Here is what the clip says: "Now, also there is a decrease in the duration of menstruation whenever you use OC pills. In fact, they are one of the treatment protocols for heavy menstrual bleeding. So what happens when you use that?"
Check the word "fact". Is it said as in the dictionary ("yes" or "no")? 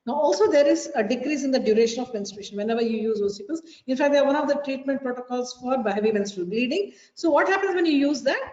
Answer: yes